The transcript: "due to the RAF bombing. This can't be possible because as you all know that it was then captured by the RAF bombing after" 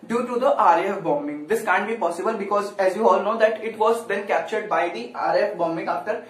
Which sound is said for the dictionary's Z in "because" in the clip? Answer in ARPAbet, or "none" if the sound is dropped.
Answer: Z